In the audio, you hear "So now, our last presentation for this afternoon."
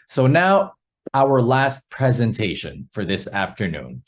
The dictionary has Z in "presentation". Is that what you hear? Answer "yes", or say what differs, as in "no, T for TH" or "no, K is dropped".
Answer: yes